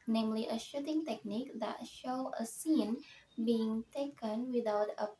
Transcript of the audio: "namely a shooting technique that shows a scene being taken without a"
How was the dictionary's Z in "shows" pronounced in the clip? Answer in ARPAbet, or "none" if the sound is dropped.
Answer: none